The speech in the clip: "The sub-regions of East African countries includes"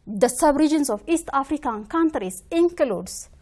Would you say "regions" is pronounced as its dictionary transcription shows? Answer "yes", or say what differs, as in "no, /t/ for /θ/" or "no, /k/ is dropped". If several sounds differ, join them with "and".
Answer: no, /s/ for /z/